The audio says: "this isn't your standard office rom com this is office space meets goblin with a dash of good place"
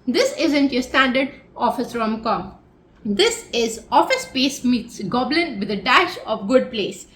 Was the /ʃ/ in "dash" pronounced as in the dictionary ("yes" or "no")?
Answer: yes